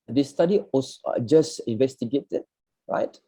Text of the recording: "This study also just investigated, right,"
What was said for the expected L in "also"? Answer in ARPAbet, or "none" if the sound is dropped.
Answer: none